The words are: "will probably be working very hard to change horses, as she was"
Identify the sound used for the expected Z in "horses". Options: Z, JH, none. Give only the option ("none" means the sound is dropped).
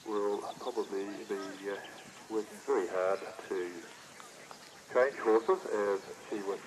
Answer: none